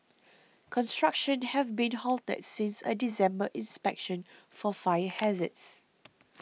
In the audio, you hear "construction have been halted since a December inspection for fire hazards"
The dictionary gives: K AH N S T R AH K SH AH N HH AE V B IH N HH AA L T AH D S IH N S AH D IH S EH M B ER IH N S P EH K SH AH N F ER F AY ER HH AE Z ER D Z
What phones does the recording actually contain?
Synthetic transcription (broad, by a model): K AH N S T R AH K SH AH N HH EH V B IH N HH AA L T AH D S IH N S AH D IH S EH M B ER IH N S P EH K SH AH N F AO F AY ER HH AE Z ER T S